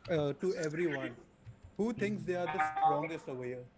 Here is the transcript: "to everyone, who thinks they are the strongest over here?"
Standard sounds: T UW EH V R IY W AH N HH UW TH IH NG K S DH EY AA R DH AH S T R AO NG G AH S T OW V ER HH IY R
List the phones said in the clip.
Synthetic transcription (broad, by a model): T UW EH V R IY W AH N HH UW T IH NG K S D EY AA R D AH S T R AO NG G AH S T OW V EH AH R